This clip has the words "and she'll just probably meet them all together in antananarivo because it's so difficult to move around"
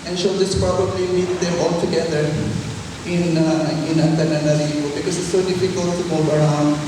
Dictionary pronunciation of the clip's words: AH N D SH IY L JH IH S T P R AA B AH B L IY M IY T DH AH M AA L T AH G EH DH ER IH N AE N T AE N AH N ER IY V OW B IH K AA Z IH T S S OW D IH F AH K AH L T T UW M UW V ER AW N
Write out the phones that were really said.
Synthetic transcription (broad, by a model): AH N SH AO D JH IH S P R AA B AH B L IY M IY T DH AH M AA L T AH G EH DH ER IH N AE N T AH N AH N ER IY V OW B IH K AA Z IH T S S OW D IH F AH K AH L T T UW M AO B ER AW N